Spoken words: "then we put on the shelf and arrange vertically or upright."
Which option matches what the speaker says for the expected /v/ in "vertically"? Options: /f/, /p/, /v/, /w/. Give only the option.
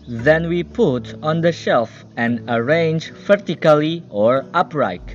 /f/